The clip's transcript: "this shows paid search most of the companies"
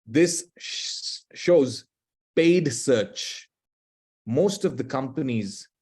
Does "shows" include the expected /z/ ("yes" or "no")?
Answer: yes